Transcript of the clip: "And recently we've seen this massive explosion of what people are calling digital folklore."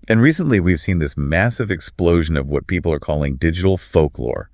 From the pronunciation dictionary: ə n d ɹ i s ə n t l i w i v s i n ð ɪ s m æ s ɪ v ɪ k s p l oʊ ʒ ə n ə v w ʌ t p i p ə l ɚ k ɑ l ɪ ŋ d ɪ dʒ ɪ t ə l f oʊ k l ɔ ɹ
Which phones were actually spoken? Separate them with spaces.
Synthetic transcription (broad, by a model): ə n ɹ i s ə n t l i w i v s i n ð ɪ s m æ s ɪ v ɪ k s p l oʊ ʒ ə n ə v w ʌ t p i p l ɚ k ɑ l ɪ ŋ d ɪ dʒ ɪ t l f oʊ k l ɔ ɹ